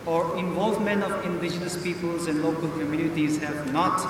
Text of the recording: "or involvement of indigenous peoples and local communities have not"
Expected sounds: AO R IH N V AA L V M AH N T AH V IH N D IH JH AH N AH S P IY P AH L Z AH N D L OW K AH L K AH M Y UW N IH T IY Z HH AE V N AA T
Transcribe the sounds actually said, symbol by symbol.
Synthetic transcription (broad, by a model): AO R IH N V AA L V M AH N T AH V IH N D IH JH AH N AH S P IY P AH L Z AH N D L OW K AH L K AH M Y UW N IH T IY Z HH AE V N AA T